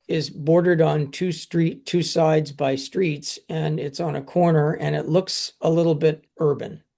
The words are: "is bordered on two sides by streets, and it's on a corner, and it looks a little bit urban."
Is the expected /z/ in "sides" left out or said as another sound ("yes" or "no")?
no